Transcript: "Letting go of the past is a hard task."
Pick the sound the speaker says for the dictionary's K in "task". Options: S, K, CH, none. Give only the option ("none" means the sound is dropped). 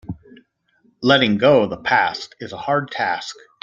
K